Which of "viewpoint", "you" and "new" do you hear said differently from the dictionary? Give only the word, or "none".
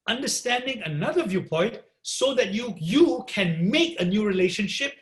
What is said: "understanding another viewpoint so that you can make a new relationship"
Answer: none